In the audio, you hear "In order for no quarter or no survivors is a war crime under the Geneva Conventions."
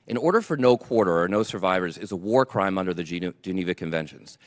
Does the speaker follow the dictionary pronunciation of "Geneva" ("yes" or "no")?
yes